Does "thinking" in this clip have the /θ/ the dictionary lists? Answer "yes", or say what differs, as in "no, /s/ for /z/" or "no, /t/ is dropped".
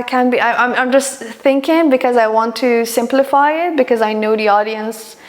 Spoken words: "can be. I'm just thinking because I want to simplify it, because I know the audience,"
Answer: yes